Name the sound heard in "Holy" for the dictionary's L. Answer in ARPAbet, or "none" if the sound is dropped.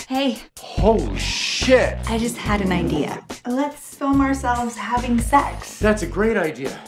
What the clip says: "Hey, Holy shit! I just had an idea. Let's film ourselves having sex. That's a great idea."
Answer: none